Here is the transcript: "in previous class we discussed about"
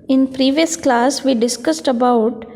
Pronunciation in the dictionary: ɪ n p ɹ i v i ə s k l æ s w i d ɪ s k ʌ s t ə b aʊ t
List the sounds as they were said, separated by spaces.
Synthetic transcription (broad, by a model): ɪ n p ɹ i v i ə s k l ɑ s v i d ɪ s k ʌ s t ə b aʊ t